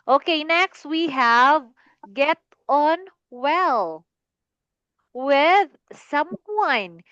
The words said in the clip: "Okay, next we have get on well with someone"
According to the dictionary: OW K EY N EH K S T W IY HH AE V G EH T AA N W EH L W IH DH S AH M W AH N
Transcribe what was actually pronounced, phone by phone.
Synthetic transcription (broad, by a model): OW K EY N EH K S T W IY HH AE V G EH T AA N W EH L W IH DH S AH M W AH N